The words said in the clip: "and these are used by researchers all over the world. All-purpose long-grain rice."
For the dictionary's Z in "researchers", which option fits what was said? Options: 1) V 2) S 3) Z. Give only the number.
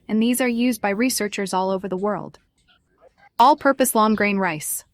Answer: 3